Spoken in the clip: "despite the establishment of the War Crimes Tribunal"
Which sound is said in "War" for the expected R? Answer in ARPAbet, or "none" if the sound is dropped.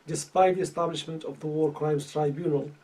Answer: R